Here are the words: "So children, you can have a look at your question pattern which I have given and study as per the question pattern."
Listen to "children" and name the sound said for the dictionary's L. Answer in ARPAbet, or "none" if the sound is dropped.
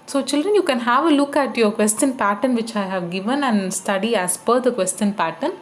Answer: L